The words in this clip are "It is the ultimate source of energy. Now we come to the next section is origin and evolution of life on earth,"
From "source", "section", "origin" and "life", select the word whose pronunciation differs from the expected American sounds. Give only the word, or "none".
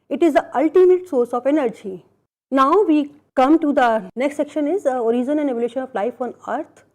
origin